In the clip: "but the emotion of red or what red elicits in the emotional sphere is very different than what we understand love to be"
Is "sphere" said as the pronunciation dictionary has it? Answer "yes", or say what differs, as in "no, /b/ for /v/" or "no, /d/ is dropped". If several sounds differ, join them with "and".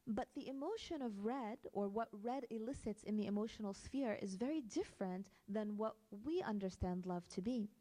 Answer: yes